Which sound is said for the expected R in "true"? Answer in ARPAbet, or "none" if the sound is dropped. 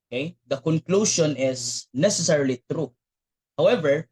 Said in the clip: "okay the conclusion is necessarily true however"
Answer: R